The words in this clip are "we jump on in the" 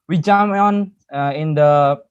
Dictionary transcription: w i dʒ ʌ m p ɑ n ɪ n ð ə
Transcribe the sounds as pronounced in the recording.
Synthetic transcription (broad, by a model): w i dʒ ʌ m ɑ n ɪ n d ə